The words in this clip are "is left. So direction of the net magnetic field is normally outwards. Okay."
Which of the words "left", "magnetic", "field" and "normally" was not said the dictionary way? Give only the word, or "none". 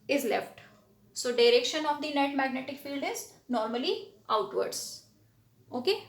none